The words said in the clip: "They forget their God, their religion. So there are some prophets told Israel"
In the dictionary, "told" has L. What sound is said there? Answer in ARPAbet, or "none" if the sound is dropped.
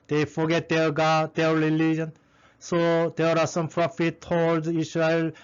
none